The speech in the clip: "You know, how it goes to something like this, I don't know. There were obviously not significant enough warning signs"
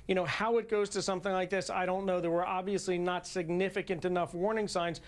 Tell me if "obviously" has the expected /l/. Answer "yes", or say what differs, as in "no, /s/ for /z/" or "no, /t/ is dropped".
yes